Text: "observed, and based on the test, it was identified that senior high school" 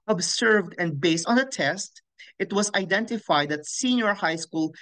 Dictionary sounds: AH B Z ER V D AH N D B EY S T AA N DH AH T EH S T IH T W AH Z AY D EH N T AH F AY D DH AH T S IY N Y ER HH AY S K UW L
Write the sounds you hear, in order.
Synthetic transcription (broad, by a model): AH B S ER V D AH N D B EY S T AA N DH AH T EH S T IH T W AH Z AY D EH N T AH F AY D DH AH T S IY N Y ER HH AY S K UW L